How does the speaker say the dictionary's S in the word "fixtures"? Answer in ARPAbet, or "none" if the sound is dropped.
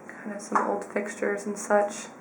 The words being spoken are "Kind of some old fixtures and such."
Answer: S